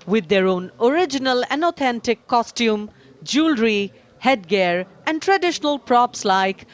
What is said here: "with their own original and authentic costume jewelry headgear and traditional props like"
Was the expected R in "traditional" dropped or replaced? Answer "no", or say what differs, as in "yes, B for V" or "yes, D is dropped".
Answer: no